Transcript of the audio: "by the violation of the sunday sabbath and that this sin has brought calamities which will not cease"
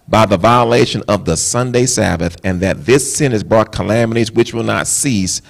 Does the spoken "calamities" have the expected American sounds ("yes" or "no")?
yes